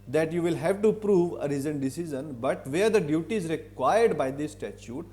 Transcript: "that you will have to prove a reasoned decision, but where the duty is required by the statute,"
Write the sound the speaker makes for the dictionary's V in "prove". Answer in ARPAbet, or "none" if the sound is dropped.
V